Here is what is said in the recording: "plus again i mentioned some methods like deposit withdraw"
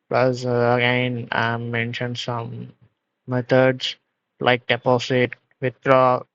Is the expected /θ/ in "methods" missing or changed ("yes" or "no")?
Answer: yes